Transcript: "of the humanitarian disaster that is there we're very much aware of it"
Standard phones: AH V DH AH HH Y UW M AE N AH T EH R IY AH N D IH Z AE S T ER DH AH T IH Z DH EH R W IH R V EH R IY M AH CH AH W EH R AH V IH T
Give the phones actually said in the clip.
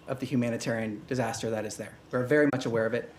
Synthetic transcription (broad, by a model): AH V DH AH HH Y UW M AE N AH T EH R IY AH N D IH Z AE S T ER DH AH T IH Z DH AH R W IH R V EH R IY M AH CH AH W EH R AH V IH T